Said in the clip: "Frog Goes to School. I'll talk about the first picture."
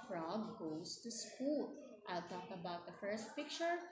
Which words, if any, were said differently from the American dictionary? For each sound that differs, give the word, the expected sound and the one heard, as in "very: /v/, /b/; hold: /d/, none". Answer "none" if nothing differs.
goes: /z/, /s/